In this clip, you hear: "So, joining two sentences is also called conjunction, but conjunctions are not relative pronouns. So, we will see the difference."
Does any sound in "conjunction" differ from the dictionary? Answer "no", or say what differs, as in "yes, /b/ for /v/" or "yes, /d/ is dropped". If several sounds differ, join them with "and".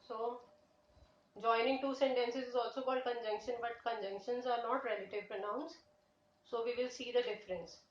no